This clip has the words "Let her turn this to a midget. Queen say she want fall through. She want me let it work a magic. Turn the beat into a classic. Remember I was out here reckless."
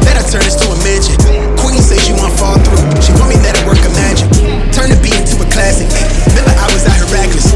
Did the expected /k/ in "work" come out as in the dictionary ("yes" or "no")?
yes